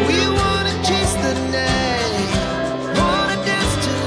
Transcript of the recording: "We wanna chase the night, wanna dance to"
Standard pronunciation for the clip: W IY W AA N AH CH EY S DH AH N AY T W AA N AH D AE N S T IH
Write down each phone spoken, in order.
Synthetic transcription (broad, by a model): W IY W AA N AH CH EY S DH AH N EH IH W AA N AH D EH S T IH